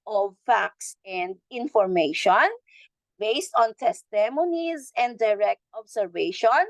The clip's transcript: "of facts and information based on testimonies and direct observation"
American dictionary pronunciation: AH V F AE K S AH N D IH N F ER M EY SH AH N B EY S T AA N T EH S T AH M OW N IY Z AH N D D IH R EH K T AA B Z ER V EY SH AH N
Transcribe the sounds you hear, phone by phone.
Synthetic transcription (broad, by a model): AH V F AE K S AH N D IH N F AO M EY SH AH N B EY S T AA N T EH S T AH M OW N IY Z AH N D D IH R EH K T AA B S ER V EY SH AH N